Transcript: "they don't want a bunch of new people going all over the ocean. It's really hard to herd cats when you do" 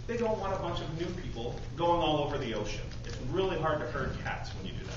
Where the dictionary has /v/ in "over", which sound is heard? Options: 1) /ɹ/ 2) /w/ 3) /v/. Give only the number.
3